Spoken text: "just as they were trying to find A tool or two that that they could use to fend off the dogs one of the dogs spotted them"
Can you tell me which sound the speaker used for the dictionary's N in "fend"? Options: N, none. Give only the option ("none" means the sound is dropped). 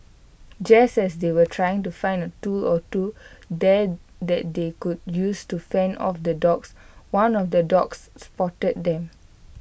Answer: N